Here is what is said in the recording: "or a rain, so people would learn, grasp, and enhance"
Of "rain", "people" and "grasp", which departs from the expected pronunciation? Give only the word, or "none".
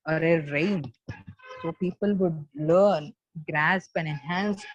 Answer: none